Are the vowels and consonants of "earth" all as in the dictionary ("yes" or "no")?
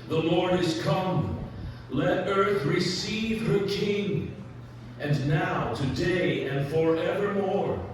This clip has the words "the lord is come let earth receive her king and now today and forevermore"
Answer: yes